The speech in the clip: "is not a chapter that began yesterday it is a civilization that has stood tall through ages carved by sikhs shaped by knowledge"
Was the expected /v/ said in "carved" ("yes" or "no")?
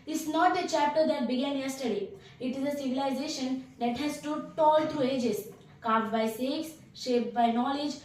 no